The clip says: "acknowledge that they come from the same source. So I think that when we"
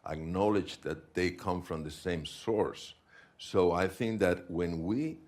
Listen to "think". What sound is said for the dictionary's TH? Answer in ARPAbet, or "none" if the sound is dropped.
TH